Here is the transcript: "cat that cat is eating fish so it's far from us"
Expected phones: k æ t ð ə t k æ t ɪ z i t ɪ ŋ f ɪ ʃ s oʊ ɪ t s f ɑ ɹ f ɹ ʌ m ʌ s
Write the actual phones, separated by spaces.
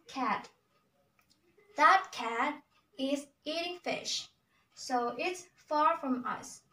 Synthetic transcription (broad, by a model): k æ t ð ə t k æ t ɪ z i t ɪ ŋ f ɪ ʃ s oʊ ɪ t s f ɑ ɹ f ɹ ʌ m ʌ s